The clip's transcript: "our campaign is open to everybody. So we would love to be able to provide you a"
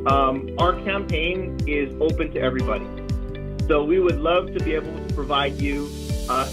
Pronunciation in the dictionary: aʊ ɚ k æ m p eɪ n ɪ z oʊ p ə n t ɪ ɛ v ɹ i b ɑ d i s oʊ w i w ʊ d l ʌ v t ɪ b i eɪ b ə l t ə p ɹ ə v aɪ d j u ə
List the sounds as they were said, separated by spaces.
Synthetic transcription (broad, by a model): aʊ ɚ k æ m p eɪ n ɪ z oʊ p ə n t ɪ ɛ v ɹ i b ɑ d i s oʊ w i w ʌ d l ʌ v t ɪ b i eɪ b l t ə p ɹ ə v aɪ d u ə